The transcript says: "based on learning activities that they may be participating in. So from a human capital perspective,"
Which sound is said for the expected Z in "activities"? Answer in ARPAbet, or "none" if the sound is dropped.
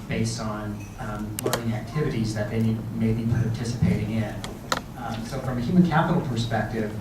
Z